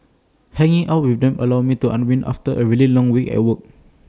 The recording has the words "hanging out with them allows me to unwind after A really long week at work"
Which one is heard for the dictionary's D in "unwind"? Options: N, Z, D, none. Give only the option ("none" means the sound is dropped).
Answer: none